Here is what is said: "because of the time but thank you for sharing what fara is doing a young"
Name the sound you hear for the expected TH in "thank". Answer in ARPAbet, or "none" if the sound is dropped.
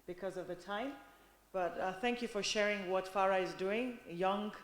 TH